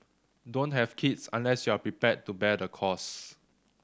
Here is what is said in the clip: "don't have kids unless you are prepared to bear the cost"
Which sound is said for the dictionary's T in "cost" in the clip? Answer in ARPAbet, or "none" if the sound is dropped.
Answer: none